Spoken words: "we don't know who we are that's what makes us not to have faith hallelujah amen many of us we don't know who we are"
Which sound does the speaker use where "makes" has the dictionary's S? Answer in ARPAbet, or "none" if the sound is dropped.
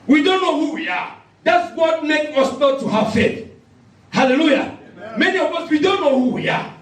none